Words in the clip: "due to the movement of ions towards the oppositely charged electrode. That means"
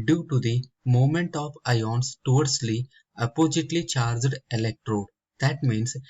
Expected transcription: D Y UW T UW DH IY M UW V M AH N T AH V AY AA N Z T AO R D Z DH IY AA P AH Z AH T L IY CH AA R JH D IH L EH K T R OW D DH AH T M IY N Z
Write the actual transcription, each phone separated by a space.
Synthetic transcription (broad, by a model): D Y UW T UW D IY M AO M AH N T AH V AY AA N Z T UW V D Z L IY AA P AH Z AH T L IY CH AA R JH D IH L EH K T R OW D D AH T M IY N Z